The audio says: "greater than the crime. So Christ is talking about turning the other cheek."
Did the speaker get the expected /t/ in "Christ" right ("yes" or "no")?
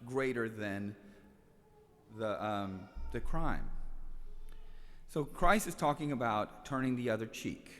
no